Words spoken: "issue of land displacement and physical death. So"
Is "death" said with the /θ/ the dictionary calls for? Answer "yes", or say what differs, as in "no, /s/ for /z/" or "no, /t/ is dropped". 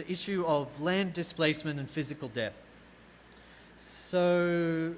yes